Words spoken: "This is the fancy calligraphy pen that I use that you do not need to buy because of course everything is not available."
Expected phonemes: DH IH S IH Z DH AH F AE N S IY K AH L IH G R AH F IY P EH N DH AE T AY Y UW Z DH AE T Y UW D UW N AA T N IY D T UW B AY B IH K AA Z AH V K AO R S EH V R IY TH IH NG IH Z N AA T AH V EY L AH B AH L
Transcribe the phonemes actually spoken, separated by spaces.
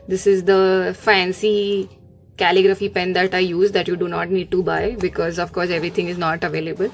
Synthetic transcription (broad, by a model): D IH S IH Z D AH F AE N S IY K AH L IH G R AH F IY P EH N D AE T AY Y UW Z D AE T Y UW D UW N AA T N IY D T UW B AY B IH K AA Z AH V K AO R S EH V R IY T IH NG IH Z N AA T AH V EY L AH B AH L